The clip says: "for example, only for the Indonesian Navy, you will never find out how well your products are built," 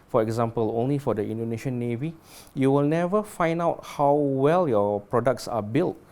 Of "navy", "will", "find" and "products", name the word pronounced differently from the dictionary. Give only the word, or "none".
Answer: none